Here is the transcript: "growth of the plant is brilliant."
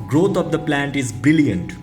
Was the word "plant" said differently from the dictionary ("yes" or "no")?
no